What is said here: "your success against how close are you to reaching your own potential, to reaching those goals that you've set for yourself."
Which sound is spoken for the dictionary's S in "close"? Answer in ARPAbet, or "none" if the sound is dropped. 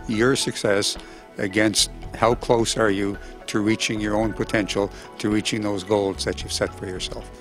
S